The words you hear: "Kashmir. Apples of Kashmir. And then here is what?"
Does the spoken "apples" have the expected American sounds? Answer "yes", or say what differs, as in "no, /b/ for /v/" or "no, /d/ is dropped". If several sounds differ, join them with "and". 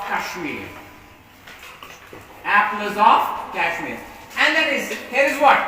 no, /l/ is dropped